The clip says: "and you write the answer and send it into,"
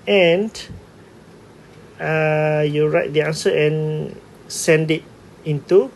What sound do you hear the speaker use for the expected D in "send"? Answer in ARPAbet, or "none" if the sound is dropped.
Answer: D